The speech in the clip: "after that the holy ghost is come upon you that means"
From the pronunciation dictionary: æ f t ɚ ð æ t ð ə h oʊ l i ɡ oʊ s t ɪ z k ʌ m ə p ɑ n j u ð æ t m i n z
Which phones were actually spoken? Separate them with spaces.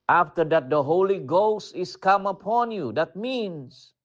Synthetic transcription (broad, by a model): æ f t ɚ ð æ t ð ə h oʊ l i ɡ oʊ s t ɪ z k ʌ m ə p ɑ n j u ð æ t m i n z